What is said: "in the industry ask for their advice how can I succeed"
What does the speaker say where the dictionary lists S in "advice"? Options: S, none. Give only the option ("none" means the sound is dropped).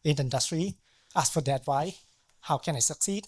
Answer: none